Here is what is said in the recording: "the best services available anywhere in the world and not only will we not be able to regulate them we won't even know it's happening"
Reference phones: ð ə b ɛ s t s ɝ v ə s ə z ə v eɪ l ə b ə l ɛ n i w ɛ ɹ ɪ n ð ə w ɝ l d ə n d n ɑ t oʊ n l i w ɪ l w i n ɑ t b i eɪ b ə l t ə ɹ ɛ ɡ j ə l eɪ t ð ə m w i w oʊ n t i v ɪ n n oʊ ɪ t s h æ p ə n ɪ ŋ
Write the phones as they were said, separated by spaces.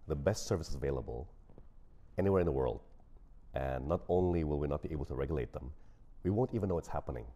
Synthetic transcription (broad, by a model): ð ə b ɛ s t s ɝ v ə s ə z ə v eɪ l ə b ə l ɛ n i w ɛ ɹ ɪ n ð ə w ɝ l d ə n n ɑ t oʊ n l i w ɪ l w i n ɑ t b i eɪ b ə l t ə ɹ ɛ ɡ j l eɪ t ð ə m w i w oʊ n t i v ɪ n n oʊ ɪ t s h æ p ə n ɪ ŋ